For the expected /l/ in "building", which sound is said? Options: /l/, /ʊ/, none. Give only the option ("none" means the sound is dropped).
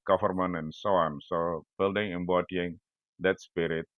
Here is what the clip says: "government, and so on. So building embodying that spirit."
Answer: /l/